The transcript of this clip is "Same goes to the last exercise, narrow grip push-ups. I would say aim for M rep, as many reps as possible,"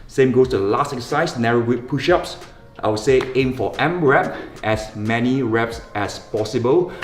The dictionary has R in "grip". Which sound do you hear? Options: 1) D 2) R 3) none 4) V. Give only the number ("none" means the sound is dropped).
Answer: 3